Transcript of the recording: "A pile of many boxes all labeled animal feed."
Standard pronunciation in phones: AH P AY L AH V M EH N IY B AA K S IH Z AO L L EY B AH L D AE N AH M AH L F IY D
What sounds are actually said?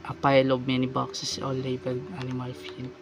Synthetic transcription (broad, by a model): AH P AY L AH B M EH N IY B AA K S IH S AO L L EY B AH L AA N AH M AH L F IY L